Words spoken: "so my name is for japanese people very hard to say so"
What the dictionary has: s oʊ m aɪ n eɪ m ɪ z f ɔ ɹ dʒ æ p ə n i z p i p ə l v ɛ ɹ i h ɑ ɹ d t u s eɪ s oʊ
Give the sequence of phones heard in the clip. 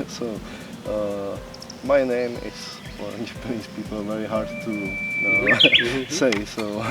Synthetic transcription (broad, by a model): s oʊ m aɪ n eɪ m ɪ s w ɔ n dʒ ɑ p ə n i s p i p ə l v ɛ ɹ i h ɑ ɹ d t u s eɪ s oʊ